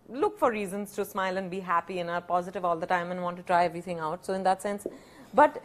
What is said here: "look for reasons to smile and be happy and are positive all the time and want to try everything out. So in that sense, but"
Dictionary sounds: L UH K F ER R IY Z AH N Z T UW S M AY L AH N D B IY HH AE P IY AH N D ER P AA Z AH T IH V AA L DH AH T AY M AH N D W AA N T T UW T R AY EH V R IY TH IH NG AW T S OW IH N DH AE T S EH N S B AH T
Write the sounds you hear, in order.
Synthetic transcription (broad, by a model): L UH K F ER R IY Z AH N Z T UW S M AY L AH N D B IY HH AE P IY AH N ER P AA Z AH T IH V AA L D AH T AY M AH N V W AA N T T UW T R AY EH V R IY T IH NG AW T S OW IH N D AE T S EH N S B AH T